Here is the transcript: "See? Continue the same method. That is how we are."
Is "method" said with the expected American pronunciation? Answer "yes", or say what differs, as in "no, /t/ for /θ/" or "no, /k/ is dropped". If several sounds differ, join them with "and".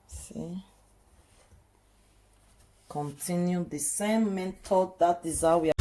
no, /t/ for /θ/